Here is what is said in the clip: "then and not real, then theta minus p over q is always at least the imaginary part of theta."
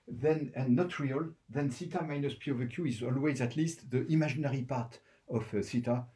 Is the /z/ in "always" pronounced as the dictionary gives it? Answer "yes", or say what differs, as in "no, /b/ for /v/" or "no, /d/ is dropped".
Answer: yes